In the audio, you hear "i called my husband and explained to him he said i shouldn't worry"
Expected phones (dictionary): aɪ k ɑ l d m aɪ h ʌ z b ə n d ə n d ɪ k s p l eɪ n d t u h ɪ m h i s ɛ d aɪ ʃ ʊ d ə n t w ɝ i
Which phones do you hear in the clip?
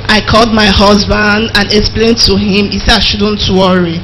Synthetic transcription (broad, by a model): aɪ k ɑ l d m aɪ h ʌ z b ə n d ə n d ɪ k s p l eɪ n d t u h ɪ m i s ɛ aɪ ʃ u d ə n t w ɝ i